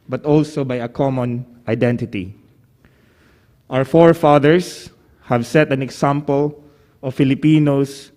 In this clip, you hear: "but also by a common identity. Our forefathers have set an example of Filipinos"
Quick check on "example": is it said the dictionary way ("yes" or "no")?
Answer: no